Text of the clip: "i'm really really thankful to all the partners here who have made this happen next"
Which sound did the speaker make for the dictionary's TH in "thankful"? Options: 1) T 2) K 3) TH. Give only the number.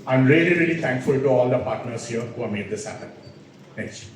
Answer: 1